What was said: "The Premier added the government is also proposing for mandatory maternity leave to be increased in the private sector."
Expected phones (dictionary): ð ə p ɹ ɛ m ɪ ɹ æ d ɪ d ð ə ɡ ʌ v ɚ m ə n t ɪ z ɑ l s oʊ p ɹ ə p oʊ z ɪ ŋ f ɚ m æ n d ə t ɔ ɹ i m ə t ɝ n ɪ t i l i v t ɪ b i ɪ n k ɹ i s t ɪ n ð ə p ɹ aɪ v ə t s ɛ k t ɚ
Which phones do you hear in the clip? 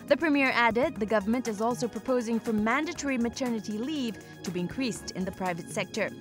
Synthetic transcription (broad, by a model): ð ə p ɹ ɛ m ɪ ɹ æ d ɪ d ð ə ɡ ʌ v ɚ m ə n t ɪ z ɑ l s oʊ p ɹ ə p oʊ z ɪ ŋ f ɚ m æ n d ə t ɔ ɹ i m ə t ɝ n ɪ t i l i v t ɪ b i ɪ n k ɹ i s t ɪ n ð ə p ɹ aɪ v ə t s ɛ k t ɚ